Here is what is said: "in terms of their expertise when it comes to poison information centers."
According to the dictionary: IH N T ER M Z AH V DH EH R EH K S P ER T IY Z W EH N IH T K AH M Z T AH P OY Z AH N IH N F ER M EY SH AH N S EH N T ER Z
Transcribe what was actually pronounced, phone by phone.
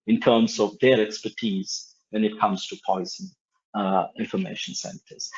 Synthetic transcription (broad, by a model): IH N T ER M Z AH V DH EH R EH K S P ER T IY Z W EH N IH T K AH M Z T AH P OY Z AH N IH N F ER M EY SH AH N S EH N T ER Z